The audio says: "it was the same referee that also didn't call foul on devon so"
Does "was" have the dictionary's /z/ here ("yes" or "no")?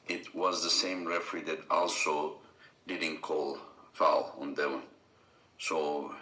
yes